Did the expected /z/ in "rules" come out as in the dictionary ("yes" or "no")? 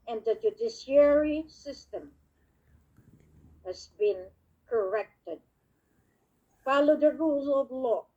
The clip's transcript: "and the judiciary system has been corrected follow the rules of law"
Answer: no